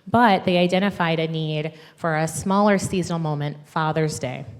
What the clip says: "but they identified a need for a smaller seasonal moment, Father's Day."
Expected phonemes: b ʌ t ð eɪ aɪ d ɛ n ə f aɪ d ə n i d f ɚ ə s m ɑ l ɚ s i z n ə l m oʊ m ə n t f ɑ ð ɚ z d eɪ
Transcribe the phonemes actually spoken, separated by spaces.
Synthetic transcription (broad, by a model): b ʌ t ð eɪ aɪ d ɛ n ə f aɪ d ə n i d f ɚ ə s m ɑ l ɚ s i z n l m oʊ m ə n t f ɑ ð ɚ z d eɪ